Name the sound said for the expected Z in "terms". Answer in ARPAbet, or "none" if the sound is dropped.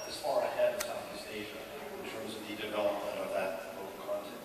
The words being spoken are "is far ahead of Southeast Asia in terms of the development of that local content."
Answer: Z